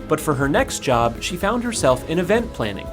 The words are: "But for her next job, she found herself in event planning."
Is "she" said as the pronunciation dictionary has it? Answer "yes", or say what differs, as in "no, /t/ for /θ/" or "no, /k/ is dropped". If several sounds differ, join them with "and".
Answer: yes